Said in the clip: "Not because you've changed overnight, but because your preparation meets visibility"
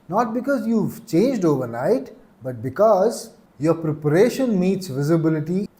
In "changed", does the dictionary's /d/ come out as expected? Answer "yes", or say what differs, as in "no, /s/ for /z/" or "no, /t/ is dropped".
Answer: yes